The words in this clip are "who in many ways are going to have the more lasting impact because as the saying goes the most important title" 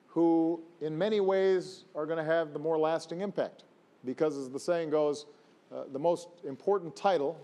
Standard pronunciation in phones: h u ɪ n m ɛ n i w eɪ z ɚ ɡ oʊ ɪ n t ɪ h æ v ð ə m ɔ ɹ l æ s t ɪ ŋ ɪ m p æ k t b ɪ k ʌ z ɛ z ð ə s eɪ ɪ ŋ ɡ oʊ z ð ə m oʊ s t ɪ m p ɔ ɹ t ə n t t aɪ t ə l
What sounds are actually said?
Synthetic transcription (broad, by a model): h u ɪ n m ɛ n i w eɪ z ɚ ɡ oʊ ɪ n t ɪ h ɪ v ð ə m ɔ ɹ l æ s t ɪ ŋ ɪ m p æ k t b ɪ k ʌ z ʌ z ð ə s eɪ ɪ ŋ ɡ oʊ z ð ə m oʊ s t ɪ m p ɔ ɹ t n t t aɪ t l